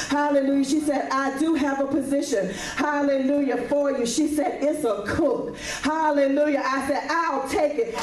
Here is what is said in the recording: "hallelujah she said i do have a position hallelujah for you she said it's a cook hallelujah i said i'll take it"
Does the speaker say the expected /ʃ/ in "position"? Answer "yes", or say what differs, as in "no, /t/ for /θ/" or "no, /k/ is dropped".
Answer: yes